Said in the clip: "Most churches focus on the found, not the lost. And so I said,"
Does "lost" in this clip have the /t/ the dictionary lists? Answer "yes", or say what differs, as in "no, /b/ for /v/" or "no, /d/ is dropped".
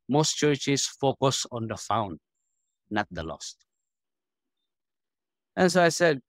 yes